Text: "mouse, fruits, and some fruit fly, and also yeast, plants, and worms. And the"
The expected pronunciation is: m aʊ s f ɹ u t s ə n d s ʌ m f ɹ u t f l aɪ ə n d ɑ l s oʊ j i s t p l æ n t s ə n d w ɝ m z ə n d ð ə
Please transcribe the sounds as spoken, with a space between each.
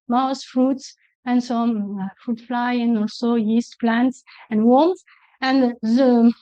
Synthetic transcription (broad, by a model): m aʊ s f ɹ u t s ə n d s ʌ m f ɹ u t f l aɪ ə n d ɑ l s oʊ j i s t p l æ n t s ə n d w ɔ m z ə n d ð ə